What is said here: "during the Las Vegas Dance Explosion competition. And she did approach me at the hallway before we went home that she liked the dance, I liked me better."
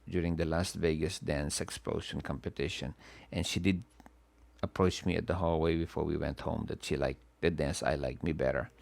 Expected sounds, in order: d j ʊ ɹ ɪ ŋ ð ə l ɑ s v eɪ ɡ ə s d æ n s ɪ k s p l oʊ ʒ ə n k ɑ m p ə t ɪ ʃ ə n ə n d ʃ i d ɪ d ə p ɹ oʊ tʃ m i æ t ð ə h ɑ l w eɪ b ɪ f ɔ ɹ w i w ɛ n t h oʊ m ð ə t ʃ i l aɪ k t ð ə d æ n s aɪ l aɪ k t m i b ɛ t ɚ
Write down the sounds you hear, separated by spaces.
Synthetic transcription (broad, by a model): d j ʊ ɹ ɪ ŋ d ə l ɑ s v eɪ ɡ ə s d æ n s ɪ k s p l oʊ ʃ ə n k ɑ m p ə t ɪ ʃ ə n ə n ʃ i d ɪ d ə p ɹ oʊ tʃ m i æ t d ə h ɑ l w eɪ b ɪ f ɔ ɹ w i w ɛ n t h oʊ m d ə t ʃ i l aɪ k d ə d æ n s aɪ l aɪ k m i b ɛ t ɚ